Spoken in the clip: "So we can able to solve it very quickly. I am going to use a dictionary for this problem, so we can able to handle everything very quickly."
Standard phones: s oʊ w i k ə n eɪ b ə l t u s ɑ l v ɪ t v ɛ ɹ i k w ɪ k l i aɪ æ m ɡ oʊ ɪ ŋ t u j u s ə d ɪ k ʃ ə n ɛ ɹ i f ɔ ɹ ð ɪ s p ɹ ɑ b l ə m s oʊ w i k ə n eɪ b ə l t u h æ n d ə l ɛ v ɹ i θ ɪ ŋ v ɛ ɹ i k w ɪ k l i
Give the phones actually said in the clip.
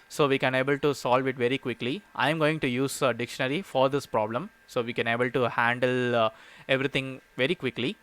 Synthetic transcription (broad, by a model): s oʊ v i k ə n eɪ b ə l t u s ɑ l v ɪ t v ɛ ɹ i k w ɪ k l i aɪ m ɡ oʊ ɪ ŋ t u j u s ə d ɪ k ʃ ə n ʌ ɹ i f ɔ ɹ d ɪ s p ɹ ɑ b l ə m s oʊ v i k ə n eɪ b ə l t u h æ n d ə l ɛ v ɹ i t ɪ ŋ v ɛ ɹ i k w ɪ k l i